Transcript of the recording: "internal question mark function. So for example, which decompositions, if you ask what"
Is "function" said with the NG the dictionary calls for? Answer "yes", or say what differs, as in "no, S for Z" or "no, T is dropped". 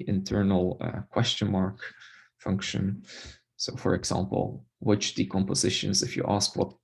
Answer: yes